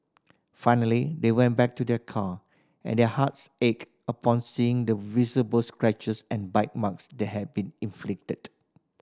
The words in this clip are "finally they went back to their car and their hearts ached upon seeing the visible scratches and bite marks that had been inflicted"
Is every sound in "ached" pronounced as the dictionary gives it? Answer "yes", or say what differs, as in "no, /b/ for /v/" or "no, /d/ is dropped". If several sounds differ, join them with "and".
no, /t/ is dropped